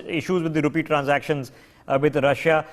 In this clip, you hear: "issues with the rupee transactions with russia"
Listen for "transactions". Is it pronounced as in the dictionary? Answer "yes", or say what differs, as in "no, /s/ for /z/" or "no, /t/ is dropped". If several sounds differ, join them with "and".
yes